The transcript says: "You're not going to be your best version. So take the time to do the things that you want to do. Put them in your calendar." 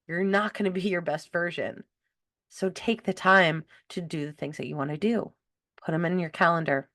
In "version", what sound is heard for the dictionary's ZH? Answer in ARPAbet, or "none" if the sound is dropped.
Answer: ZH